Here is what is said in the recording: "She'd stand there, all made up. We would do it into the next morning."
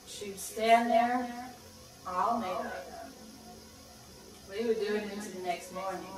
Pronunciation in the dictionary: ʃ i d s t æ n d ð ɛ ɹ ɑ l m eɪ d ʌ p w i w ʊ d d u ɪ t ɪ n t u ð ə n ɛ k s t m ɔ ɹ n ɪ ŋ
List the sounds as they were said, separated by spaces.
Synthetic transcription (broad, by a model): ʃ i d s t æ n ð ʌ ɹ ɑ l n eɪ ʊ w i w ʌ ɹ d u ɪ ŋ ɪ n t u ð ə n ɛ k s t m ɔ ɹ n ɪ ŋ